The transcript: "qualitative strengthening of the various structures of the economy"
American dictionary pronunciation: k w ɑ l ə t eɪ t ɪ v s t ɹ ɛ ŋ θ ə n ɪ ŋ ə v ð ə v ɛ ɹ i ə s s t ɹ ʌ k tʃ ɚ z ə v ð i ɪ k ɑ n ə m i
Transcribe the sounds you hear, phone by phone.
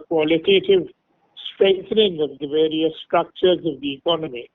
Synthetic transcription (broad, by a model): k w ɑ l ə t eɪ t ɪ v s t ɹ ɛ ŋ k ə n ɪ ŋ ə v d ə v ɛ ɹ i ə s s t ɹ ʌ k tʃ ɚ z ə v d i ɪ k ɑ n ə m i